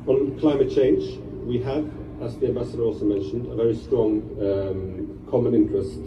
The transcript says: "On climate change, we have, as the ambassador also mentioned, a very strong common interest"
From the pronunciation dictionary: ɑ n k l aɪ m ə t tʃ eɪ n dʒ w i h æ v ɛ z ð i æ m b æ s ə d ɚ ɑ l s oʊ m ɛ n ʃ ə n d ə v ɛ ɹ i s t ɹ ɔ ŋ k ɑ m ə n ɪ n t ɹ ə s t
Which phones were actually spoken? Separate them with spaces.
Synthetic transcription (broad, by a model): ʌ n k l aɪ m ə t tʃ eɪ n dʒ w i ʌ v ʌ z ð i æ m b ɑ s ə d ɚ ɑ l s oʊ m ɛ n ʃ ə n d ə v ɛ ɹ i s t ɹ ɔ ŋ k ɑ m ə n ɪ n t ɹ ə s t